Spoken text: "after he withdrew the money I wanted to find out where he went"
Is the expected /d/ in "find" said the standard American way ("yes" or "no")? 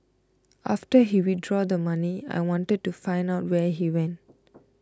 yes